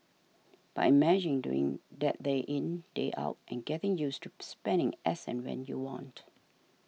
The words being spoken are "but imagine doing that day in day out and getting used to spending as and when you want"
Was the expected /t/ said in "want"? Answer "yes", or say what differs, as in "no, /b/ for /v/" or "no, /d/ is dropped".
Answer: yes